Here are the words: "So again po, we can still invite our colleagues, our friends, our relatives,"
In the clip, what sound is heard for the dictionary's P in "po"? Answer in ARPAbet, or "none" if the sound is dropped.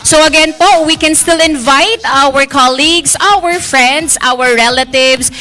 P